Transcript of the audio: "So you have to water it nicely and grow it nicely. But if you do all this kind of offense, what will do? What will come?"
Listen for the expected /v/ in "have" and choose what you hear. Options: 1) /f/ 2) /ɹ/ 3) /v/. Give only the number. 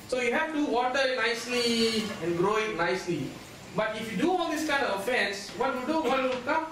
1